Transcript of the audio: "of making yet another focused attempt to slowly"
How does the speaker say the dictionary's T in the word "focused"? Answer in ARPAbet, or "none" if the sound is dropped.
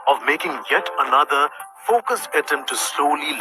none